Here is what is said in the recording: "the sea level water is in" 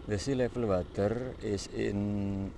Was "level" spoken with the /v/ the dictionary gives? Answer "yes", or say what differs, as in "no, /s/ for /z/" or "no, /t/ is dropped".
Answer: no, /f/ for /v/